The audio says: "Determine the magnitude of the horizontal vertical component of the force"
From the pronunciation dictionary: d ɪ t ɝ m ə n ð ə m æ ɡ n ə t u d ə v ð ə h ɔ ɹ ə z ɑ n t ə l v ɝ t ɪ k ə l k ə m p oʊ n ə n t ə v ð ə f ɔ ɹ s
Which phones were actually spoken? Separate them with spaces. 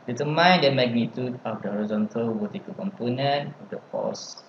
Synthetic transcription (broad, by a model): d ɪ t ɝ m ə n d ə m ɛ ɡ n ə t u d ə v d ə h ɔ ɹ ə z ɑ n t ə l w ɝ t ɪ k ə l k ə m p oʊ n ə n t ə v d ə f ɔ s